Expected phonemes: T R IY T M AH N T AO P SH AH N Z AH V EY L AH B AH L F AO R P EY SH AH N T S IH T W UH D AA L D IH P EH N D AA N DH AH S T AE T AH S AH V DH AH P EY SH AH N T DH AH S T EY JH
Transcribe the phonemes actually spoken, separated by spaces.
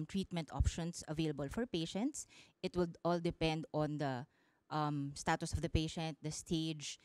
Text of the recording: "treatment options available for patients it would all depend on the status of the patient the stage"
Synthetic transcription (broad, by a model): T R IY T M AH N T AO P SH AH N S AH V EY L AH B AH L F AO R P EY SH AH N T S IH T W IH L AA L D IH P EH N D AA N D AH S T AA T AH S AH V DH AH P EY SH AH N T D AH S T EY JH